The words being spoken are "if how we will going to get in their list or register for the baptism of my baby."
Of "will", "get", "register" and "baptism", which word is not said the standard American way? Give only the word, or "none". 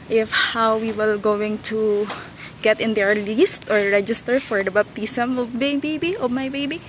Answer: baptism